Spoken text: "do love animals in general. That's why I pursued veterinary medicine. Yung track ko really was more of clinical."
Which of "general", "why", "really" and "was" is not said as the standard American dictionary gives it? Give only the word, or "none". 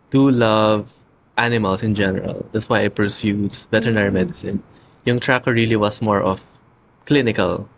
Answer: was